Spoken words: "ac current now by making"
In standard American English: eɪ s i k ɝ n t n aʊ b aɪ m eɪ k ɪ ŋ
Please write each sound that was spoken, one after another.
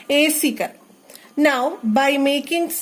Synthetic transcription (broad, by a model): eɪ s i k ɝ t n aʊ b aɪ m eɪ k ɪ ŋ